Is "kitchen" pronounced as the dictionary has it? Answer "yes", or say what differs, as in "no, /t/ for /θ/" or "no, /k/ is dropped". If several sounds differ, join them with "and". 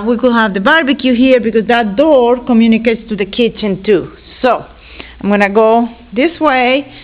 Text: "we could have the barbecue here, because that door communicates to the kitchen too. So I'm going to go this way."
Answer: yes